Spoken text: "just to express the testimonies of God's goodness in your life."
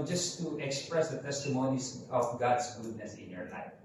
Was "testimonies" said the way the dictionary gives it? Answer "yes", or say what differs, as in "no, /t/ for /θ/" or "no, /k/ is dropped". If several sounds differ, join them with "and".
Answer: no, /s/ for /z/